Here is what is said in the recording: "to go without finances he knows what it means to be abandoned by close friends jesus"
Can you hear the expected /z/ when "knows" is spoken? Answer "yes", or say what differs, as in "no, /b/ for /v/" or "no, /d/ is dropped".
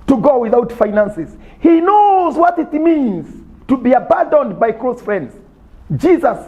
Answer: yes